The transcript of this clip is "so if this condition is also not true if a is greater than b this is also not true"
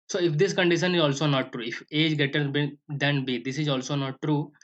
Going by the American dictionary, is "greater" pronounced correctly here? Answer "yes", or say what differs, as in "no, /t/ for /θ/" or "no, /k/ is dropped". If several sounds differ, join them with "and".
no, /ɹ/ is dropped